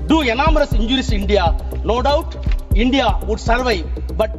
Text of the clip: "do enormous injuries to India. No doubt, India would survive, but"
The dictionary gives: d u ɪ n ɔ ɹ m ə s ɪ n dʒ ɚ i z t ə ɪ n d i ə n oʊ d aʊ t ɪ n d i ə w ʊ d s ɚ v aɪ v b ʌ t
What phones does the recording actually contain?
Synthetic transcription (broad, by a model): d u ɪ n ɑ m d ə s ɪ n dʒ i t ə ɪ n d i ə n oʊ d aʊ t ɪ n d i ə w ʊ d s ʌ v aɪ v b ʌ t